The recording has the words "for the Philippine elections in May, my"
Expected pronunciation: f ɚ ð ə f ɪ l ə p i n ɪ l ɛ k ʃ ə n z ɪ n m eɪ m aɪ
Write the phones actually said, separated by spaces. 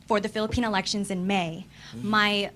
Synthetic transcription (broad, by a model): f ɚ ð ə f ɪ l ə p i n ɪ l ɛ k ʃ ə n z ɪ n m eɪ m aɪ